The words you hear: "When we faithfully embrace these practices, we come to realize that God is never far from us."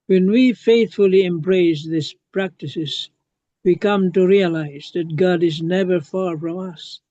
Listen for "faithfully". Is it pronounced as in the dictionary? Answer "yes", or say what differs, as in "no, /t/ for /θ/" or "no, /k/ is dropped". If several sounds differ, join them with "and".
yes